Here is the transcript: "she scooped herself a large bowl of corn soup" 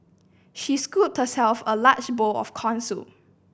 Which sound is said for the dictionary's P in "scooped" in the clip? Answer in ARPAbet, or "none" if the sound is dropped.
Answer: none